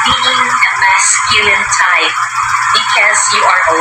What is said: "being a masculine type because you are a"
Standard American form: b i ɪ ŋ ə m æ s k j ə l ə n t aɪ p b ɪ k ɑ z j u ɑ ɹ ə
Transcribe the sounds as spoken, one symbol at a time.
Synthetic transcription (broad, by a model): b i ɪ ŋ ə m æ s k j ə ə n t aɪ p b ɪ k ɑ z j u ɑ ɹ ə